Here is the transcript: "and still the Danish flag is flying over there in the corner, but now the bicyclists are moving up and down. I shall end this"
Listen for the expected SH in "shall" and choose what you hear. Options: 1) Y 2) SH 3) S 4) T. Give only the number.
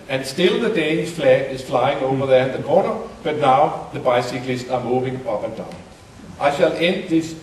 2